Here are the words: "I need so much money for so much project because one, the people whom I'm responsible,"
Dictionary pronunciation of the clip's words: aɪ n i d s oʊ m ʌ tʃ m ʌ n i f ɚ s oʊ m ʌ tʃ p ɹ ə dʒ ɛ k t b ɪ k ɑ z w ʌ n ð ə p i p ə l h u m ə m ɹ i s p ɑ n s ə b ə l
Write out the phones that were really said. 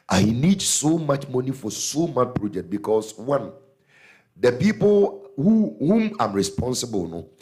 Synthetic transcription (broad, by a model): aɪ n i d s oʊ m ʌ tʃ m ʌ n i f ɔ s oʊ m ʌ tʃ p ɹ ə dʒ ɛ k t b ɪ k ɑ s w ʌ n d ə p i p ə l h u m ə m ɹ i s p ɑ n s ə b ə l